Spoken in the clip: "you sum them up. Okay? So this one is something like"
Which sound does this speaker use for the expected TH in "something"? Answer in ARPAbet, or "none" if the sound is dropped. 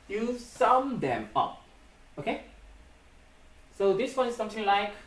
T